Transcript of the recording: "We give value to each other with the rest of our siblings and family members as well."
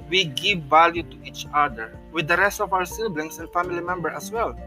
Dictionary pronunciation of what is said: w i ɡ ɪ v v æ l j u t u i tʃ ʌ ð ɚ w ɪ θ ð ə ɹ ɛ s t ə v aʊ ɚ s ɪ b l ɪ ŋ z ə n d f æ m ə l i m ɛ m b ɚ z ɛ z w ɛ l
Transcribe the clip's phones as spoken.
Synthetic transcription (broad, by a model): w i ɡ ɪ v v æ l j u t u i tʃ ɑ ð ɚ w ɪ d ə ɹ ɛ s t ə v aʊ ɚ s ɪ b l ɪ ŋ s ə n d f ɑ m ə l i m ɛ m b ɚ ɑ s w ɛ l